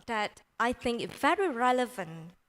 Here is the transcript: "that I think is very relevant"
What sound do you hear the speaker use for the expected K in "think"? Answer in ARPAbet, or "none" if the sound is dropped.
K